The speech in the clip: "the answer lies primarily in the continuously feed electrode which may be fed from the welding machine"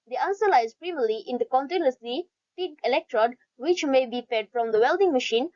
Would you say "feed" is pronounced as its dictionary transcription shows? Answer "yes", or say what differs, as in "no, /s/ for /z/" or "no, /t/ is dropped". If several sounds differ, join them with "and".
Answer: no, /p/ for /f/